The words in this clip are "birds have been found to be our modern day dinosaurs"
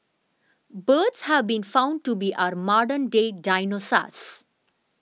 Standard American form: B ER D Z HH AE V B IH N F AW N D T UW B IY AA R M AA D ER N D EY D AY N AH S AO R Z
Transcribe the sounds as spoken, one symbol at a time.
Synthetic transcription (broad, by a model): B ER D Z HH AE V B IH N F AW N D T UW B IY AA R M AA D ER N D EY D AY N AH S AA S